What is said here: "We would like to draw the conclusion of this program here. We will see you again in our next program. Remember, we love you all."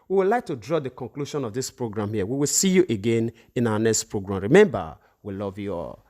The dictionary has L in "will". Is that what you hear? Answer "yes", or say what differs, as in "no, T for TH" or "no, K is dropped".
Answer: yes